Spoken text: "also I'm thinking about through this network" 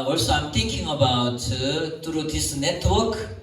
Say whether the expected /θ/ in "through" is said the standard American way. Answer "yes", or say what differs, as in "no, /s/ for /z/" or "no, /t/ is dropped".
no, /t/ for /θ/